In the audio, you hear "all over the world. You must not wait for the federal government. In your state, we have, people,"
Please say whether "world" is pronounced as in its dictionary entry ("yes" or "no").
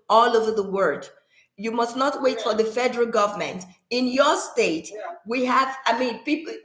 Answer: no